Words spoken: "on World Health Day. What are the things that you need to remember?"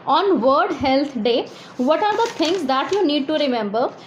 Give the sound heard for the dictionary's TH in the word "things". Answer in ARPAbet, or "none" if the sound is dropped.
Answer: T